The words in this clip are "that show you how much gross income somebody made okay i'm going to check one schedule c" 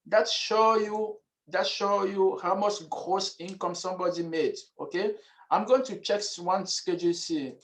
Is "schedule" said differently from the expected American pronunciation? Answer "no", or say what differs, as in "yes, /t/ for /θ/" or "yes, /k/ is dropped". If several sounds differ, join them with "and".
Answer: no